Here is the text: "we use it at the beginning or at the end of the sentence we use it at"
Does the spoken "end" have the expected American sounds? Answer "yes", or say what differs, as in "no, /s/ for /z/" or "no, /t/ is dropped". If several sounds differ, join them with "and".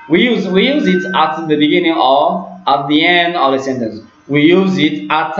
yes